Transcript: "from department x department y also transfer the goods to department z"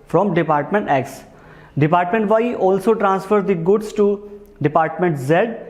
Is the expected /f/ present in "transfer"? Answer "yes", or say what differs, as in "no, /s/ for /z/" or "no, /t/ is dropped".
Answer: yes